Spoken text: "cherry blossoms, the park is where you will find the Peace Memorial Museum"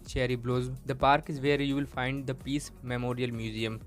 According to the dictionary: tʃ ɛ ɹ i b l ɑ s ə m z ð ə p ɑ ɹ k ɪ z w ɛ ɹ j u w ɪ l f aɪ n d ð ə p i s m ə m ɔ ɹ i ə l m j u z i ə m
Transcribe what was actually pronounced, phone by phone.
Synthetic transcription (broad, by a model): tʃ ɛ ɹ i b l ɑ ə z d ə p ɑ ɹ k ɪ z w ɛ ɹ j u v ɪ l f aɪ n d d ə p i s m ə m ɔ ɹ i ə l m j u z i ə m